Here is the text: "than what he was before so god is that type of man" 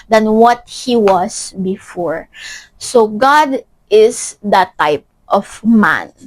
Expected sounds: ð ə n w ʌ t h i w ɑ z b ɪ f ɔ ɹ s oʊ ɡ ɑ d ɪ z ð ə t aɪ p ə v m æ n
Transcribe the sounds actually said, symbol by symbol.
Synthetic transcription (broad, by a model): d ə n w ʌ t h i w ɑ s b ɪ f ɔ ɹ s oʊ ɡ ɑ d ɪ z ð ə t aɪ p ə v m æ n